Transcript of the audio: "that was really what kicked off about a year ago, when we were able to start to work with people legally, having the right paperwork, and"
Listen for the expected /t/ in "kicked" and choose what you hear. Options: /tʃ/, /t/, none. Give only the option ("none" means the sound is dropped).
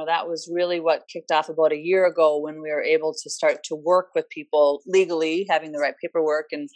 /t/